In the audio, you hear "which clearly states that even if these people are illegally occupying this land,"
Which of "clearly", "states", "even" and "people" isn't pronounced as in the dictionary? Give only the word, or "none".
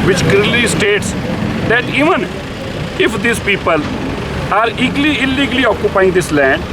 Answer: clearly